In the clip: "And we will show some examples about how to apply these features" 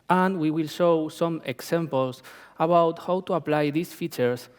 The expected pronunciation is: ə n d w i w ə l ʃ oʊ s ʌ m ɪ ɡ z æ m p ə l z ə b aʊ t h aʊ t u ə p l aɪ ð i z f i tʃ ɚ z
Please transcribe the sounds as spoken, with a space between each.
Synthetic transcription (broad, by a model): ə n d w i w ə l ʃ oʊ s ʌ m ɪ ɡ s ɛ m p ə l s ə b aʊ t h aʊ t u ə p l aɪ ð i s f i tʃ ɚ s